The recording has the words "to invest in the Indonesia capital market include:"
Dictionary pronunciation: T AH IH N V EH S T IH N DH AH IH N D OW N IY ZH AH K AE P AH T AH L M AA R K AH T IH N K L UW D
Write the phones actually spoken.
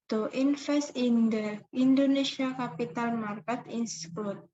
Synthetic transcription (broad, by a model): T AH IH N F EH S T IH N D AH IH N D OW N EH S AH K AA P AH T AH L M AA R K AH T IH N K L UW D